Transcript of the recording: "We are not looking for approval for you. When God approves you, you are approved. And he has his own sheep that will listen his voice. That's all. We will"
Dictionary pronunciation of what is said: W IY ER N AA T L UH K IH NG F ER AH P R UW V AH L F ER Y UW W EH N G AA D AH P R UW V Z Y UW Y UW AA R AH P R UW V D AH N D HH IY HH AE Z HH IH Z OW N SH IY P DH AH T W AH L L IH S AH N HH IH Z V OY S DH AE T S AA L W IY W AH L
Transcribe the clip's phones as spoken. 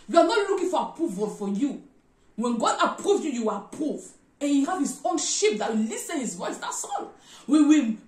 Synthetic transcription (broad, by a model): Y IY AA N AA T L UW K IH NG F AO AH P R UW V AH L F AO Y UW W EH N G AA D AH P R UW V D Y UW Y UW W L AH P R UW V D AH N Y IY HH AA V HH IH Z OW N SH IY P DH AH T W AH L L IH S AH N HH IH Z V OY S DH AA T S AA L W IY W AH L